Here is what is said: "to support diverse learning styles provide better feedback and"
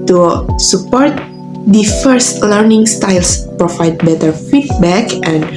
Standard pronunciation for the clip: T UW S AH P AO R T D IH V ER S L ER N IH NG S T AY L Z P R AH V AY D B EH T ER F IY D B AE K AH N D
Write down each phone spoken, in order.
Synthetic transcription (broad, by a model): T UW S AH P AO R T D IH F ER S L ER N IH NG S T AY L S P R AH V AY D B EH T ER F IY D B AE K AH N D